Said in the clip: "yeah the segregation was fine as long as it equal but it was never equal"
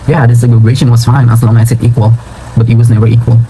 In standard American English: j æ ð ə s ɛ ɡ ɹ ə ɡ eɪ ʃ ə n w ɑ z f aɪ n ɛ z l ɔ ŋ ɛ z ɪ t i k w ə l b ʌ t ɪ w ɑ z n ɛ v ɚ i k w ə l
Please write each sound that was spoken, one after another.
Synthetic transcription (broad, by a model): j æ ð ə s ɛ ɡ ə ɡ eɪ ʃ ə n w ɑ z f aɪ n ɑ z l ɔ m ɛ s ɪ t i k w ə l b ʌ t ɪ w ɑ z n ɛ v ɚ i k w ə l